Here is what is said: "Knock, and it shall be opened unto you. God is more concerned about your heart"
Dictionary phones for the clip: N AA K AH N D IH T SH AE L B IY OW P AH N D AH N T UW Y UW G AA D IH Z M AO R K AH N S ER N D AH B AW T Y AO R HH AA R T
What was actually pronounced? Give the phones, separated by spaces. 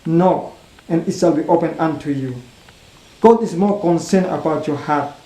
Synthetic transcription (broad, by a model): N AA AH N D IH T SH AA L B IY OW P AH N AH N T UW Y UW G AA D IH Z M AO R K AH N S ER N AH B AW T Y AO HH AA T